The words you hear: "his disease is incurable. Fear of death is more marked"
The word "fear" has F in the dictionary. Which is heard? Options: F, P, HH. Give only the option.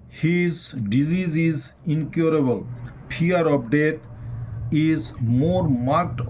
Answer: P